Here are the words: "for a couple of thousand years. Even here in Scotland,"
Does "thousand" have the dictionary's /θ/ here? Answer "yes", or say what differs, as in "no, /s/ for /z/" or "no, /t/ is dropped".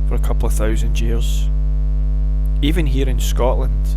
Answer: yes